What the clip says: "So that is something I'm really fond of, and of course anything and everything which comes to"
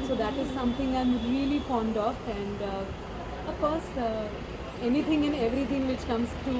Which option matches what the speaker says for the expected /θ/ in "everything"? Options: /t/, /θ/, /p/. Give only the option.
/t/